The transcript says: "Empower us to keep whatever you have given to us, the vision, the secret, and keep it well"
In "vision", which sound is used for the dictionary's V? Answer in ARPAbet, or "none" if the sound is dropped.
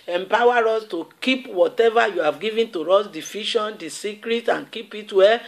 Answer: F